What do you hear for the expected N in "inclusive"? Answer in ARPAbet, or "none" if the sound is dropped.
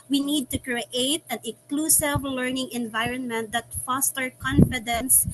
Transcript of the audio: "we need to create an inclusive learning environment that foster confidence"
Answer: none